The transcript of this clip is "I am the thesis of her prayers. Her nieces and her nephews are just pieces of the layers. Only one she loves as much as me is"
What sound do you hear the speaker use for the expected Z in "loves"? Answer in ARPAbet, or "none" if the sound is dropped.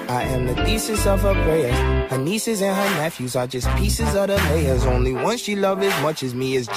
none